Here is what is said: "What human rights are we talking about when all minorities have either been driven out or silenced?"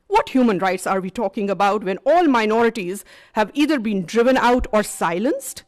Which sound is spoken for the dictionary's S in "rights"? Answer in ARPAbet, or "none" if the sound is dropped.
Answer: S